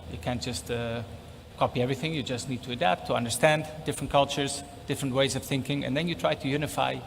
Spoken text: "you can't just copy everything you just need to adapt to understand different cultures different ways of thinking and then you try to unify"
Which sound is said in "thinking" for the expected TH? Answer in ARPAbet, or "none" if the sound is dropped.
TH